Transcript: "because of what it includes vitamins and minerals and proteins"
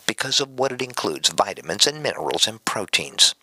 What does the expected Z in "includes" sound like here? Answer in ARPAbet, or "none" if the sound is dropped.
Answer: Z